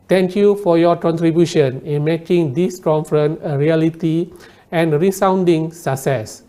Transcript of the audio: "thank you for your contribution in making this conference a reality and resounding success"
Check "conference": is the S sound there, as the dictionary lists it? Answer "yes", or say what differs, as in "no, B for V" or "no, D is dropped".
no, S is dropped